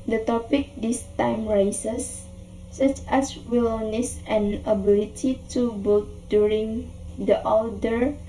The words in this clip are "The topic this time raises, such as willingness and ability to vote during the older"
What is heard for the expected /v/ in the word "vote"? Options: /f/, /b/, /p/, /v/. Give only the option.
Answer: /b/